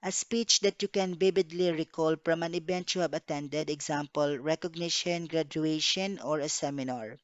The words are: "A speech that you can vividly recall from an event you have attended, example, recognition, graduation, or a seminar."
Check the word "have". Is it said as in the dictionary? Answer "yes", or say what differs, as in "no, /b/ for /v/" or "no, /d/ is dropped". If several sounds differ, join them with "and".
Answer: no, /b/ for /v/